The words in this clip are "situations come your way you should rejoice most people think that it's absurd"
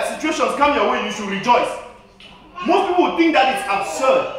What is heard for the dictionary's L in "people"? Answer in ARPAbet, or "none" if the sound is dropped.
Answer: W